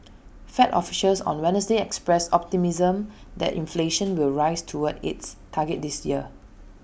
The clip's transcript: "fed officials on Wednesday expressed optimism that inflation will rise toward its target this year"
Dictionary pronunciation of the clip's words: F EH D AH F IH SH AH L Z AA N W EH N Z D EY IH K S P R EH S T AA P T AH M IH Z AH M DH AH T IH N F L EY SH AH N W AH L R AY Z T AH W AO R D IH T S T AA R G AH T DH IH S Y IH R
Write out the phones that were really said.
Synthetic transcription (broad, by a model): F EH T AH F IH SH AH L S AA N W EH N S D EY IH K S P R EH S AA P T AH M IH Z AH M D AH T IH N F L EY SH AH N W AH L R AY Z T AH W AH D IH T S T AA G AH T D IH S Y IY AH